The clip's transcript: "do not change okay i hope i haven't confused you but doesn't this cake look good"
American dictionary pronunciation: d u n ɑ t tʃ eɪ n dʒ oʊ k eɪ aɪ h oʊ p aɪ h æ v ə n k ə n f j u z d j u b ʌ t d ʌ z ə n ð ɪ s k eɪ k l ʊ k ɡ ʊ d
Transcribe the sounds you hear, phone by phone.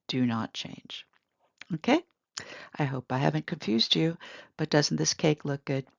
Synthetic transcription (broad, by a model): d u n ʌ t tʃ eɪ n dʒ oʊ k eɪ aɪ h oʊ p aɪ h æ v ə n k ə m f j u z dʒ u b ʌ t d ʌ z n ð ɪ s k eɪ k l ʊ k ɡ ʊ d